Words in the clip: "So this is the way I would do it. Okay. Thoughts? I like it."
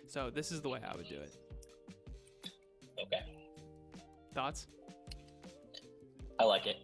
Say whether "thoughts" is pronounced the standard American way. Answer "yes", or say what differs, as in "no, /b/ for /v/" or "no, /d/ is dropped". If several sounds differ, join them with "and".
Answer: yes